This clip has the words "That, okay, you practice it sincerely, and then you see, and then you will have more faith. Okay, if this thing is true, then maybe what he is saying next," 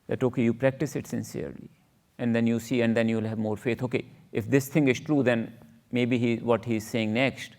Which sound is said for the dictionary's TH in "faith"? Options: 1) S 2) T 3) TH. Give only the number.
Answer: 2